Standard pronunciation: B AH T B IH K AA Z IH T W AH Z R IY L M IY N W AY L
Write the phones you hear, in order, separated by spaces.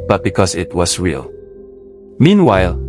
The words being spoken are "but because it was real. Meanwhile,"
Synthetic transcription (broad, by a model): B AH T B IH K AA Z IH T W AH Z R IY L M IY N W AY L